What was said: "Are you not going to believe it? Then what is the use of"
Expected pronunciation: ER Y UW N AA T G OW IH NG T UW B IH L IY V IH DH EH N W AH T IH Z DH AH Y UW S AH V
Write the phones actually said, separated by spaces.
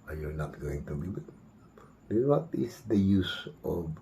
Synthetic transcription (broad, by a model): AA Y UW N AA T G OW IH NG T UW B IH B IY B IH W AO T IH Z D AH Y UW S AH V